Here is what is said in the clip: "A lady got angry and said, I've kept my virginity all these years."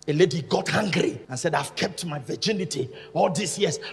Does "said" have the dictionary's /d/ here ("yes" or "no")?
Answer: yes